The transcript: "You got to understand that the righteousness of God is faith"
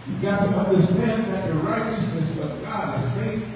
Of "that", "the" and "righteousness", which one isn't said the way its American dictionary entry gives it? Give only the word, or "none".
none